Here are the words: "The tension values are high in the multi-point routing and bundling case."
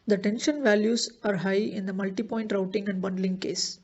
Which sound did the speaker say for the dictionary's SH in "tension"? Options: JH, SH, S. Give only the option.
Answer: SH